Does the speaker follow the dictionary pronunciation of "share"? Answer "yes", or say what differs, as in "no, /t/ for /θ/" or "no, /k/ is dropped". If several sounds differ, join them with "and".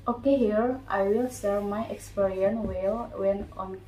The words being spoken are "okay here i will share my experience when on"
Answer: no, /s/ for /ʃ/